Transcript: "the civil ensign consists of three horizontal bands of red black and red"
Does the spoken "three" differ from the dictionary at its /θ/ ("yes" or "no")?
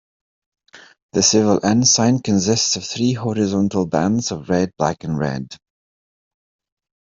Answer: no